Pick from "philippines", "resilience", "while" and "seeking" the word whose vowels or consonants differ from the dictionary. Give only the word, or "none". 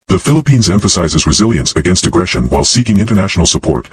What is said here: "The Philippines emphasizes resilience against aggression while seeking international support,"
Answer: none